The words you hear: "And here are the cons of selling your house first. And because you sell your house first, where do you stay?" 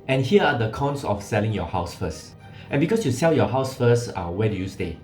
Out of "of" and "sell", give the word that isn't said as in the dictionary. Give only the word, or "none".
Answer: of